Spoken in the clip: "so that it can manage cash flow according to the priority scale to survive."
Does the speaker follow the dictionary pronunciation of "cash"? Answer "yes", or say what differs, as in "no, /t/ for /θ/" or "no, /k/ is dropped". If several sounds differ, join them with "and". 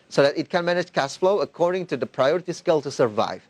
no, /s/ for /ʃ/